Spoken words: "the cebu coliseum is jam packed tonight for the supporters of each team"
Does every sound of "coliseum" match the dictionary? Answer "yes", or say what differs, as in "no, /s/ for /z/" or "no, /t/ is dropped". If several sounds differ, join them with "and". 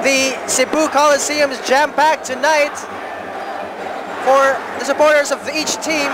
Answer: yes